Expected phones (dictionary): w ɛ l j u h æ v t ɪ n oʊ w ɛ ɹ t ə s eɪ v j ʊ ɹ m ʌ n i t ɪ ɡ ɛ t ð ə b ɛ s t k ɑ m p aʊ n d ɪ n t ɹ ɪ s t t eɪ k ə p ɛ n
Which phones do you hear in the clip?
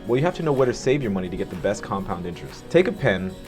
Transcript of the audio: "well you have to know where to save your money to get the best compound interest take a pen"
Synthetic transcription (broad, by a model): w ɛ l j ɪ h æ f t ɪ n oʊ w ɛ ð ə s eɪ v j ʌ ɹ m ʌ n i t ɪ ɡ ɛ t ð ə b ɛ s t k ɑ m p aʊ n d ɪ n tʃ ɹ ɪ s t t eɪ k ə p ɛ n